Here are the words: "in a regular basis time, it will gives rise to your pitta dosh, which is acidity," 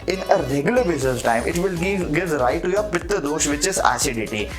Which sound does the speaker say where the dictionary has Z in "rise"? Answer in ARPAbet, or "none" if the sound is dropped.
none